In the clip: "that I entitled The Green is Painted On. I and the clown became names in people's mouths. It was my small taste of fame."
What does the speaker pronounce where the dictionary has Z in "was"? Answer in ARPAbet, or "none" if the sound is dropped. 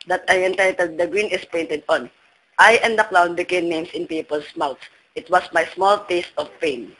S